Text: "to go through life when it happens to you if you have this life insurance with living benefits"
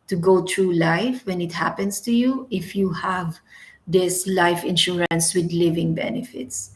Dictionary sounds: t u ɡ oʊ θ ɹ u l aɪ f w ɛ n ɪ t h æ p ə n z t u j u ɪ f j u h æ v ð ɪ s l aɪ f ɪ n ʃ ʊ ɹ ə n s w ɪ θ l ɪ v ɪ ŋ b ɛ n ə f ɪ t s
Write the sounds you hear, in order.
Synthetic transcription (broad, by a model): t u ɡ oʊ t ɹ u l aɪ f w ɛ n ɪ t h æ p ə n s t u j u ɪ f j u h æ v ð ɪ s l aɪ f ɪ n ʃ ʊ ɹ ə n s w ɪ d l ɪ v ɪ ŋ b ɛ n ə f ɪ t s